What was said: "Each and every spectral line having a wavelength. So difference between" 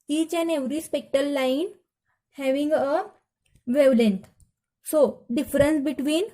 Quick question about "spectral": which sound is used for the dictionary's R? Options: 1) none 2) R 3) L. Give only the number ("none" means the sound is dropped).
1